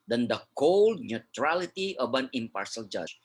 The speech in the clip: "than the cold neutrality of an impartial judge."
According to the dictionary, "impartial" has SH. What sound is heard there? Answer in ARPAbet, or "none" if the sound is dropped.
S